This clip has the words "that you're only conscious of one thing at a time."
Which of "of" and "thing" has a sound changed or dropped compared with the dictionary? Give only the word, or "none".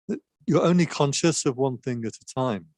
none